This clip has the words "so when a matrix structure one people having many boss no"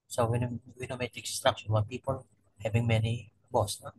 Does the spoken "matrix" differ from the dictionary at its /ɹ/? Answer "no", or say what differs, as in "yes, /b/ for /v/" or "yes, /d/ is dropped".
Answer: yes, /ɹ/ is dropped